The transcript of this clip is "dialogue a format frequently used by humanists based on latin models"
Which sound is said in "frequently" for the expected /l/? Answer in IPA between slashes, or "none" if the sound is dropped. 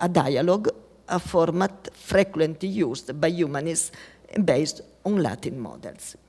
none